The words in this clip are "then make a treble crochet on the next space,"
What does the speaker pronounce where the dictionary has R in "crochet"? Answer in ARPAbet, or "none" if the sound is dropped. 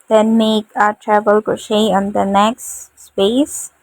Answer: none